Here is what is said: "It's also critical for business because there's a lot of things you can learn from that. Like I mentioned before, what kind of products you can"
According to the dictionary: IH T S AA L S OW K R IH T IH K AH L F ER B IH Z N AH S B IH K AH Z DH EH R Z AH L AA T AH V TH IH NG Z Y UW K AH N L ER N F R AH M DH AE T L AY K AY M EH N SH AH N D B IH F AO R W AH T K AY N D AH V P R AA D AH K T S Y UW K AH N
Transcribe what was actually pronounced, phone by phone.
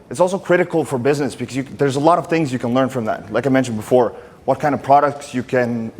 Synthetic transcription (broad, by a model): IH T S AA L S OW K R IH T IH K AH L F ER B IH Z N AH S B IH K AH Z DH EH R Z AH L AA T AH V TH IH NG Z Y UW K AH N L ER N F R AH M DH AE T L AY K AY M EH N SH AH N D B IH F AO R W AH T K AY N D AH V P R AA D AH K T S Y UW K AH N